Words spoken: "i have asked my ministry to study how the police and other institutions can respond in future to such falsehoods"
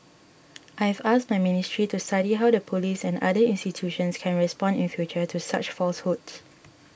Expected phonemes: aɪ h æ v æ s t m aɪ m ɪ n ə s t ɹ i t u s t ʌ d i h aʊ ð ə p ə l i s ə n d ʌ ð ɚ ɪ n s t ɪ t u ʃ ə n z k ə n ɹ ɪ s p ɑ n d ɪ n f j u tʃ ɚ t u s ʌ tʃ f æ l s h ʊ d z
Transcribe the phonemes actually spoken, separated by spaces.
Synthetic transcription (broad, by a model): aɪ h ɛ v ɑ s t m aɪ m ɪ n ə s t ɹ i t u s t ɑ d i h aʊ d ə p ə l i s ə n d ʌ i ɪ n s t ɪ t u ʃ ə n s k ə n ɹ ɪ s p ɑ n d ɪ n f j u tʃ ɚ t u s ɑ tʃ f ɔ l s h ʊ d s